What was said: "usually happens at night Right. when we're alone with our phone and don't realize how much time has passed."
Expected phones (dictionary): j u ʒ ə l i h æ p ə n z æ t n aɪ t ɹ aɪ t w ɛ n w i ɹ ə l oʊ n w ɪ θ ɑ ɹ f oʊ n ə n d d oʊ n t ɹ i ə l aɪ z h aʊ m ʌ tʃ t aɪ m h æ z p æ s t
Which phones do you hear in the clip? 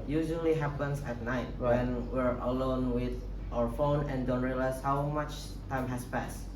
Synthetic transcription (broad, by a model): j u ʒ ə l i h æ p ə n s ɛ t n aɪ aɪ t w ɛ n w i ɹ ə l oʊ n w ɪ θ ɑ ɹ f oʊ n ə n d d oʊ n t ɹ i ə l aɪ s h aʊ m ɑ tʃ t aɪ m h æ s p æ s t